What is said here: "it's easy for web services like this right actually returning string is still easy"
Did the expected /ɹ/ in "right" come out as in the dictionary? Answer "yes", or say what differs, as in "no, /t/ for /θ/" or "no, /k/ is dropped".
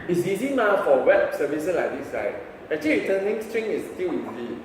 no, /l/ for /ɹ/